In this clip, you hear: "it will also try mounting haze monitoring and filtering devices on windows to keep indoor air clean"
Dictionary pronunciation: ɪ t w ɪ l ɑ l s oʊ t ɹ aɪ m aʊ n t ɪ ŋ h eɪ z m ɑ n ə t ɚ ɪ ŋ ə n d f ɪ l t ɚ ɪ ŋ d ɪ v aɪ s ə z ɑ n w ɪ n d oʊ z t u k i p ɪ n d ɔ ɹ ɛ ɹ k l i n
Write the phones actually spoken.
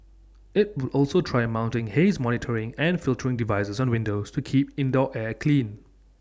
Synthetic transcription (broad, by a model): ɪ t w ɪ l ɑ l s oʊ t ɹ aɪ m aʊ n t ɪ ŋ h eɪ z m ɑ n ə t ɚ ɪ ŋ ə n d f ɪ l t ɚ ɪ ŋ d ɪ v aɪ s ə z ɑ n w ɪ n d oʊ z t u k i p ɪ n d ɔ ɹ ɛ k l i n